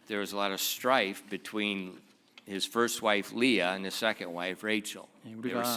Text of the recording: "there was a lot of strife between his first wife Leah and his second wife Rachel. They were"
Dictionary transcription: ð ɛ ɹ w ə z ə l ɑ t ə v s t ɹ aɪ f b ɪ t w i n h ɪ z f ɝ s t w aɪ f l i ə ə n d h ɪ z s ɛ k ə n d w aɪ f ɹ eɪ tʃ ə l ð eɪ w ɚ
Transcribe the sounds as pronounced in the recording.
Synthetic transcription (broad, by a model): ð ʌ ɹ w ə z ə l ɑ t ə v s t ɹ aɪ f b ɪ t w i n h ɪ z f ɝ s t w aɪ f l i ə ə n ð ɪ s ɛ k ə n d w aɪ f ɹ eɪ tʃ l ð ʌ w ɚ